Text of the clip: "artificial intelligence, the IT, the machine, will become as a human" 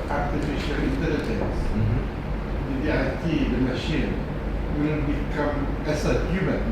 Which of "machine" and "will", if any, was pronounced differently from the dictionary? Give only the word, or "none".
will